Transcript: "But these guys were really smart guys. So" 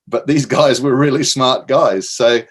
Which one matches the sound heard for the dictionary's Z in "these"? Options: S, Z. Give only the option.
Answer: Z